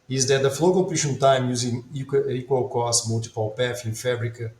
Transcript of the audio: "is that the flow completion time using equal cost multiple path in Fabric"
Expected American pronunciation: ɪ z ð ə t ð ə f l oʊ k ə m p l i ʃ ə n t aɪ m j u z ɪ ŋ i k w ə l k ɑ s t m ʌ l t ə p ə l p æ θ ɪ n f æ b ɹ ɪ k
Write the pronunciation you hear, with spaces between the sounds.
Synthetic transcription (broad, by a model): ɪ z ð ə t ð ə f l oʊ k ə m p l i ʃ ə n t aɪ m j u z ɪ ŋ i k w ə l k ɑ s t m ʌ l t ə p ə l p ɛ f ɪ n f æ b ɹ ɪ k